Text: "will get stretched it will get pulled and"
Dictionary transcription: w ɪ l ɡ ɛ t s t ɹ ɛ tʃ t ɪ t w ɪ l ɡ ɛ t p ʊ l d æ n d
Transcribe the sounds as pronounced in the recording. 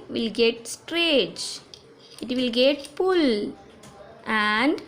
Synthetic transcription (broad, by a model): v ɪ l ɡ ɛ t s t ɹ ɛ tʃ ɪ t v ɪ l ɡ ɛ t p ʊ l æ n d